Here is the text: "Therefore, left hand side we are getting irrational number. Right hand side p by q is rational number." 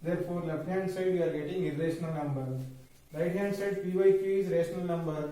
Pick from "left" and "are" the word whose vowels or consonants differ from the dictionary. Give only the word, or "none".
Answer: left